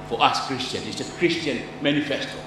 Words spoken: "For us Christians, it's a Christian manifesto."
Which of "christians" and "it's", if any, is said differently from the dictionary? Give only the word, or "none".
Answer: christians